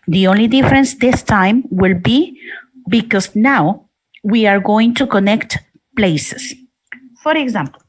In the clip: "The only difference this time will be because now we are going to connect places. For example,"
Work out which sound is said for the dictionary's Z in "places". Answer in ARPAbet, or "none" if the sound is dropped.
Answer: S